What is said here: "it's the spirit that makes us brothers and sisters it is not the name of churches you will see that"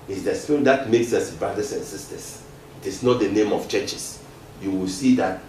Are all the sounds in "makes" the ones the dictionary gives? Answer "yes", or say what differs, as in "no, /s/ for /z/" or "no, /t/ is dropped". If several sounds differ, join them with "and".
yes